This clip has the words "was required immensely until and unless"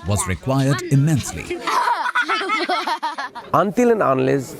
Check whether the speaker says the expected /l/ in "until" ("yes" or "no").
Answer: yes